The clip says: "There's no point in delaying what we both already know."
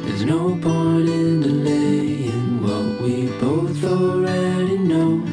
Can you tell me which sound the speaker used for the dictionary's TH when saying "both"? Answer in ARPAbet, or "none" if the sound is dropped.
TH